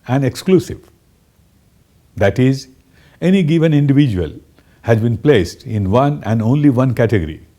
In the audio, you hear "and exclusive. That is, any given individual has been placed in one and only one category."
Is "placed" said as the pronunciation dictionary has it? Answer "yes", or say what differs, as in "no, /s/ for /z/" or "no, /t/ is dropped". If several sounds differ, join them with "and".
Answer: yes